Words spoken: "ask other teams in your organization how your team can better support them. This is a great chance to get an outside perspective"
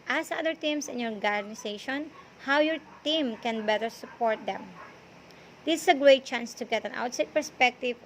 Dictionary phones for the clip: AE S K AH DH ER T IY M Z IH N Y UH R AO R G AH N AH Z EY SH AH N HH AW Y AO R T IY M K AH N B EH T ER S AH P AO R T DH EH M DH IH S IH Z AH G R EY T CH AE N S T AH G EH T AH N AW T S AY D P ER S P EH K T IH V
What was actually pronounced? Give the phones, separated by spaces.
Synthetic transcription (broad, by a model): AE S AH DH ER T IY M S IH N Y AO R G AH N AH S EY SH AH N HH AW Y AO R T IY M K AH N B EH T ER S AH P AO R T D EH M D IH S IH S AH G R EY T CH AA N S T AH G EH T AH N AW T S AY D P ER S P EH K T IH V